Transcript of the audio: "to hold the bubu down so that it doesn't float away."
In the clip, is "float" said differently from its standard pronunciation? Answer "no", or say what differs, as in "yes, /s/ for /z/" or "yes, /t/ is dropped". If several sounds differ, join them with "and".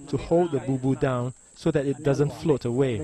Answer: no